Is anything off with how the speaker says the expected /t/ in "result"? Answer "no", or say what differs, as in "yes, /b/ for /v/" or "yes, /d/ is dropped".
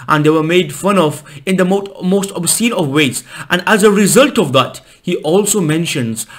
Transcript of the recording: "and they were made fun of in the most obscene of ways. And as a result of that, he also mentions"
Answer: no